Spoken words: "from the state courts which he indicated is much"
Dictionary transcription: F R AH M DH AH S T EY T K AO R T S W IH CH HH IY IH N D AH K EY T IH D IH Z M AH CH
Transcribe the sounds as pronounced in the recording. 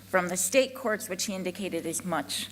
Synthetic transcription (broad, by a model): F R AH M DH AH S T EY T K AO R T S W IH CH HH IY IH N D AH K EY T IH D IH Z M AH CH